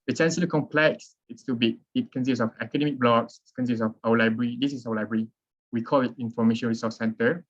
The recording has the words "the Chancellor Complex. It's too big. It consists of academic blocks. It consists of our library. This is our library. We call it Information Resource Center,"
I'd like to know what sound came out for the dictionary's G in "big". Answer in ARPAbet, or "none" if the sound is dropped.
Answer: none